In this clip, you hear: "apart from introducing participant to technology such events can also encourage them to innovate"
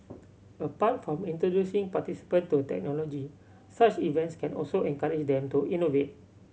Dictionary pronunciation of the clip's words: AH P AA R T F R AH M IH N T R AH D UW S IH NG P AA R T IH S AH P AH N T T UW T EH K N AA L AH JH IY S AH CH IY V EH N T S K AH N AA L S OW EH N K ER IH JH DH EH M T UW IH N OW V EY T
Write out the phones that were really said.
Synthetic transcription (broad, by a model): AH P AA T F R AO M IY N T R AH D UW S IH NG P AA T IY S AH P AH N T T UW T EH K N AA L AH JH IY S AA CH IY V EH N T S K AH N AA L S OW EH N K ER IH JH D EH M T UW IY N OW V EY T